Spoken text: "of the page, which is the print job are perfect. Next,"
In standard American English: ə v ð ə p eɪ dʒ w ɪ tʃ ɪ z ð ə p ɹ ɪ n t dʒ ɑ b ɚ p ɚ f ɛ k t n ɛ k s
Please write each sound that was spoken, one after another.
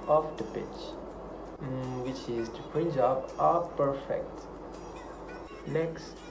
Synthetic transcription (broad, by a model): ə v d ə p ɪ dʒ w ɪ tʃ ɪ z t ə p ɪ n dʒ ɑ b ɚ p ɚ f ɛ k t n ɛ k s